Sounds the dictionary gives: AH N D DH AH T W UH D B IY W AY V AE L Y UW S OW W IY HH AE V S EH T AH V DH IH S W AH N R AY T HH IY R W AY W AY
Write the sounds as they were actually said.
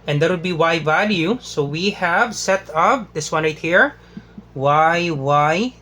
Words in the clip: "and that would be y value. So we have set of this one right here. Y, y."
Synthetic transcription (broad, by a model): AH N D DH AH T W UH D B IY W AY V AE L Y UW S OW W IY HH AE V S EH T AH P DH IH S W AH N R AY T HH IY R W AY W AY